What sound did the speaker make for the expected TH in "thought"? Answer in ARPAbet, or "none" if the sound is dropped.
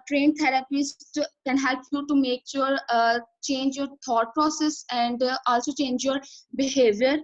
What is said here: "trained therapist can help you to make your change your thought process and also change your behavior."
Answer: T